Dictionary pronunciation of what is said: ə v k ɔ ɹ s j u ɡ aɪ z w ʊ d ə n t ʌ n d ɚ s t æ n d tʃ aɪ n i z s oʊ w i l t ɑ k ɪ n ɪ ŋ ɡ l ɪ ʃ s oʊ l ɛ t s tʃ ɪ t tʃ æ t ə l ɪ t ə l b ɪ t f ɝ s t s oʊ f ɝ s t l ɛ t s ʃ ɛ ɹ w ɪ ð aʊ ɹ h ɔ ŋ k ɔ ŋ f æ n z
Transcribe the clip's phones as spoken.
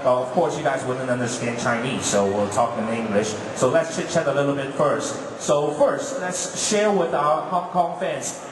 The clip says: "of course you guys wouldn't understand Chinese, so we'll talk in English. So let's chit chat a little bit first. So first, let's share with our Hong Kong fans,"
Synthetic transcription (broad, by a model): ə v k ɔ ɹ s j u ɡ aɪ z w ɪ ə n ʌ n d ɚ s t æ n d tʃ aɪ n i z s oʊ w i l t ɑ k ɪ n ɪ ŋ ɡ l ɪ ʃ s oʊ l ɛ t s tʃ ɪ tʃ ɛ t ə l ɪ t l b ɪ t f ɝ s t s oʊ f ɝ s t l ɛ t s ʃ ɛ ɹ w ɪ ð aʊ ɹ h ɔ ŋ k ɔ ŋ f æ n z